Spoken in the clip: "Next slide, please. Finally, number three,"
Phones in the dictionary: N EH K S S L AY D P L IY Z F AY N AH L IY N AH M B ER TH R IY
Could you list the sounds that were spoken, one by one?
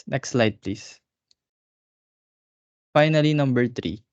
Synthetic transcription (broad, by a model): N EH K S S L AY D P L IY S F AY N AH L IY N AH M B ER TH R IY